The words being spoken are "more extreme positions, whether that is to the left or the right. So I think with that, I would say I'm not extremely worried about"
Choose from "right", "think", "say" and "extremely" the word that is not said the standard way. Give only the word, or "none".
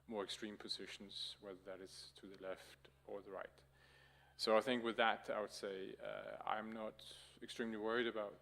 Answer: none